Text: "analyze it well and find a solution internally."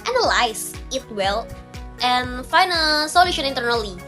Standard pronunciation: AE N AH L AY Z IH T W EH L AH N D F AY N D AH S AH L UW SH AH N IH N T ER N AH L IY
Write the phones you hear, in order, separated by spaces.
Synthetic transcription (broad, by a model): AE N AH L AY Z IH T W EH L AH N F AY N AH S AH L UW SH AH N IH N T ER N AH L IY